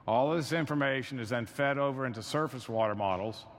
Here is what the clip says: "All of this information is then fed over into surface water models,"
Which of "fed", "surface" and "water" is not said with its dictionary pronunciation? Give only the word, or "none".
none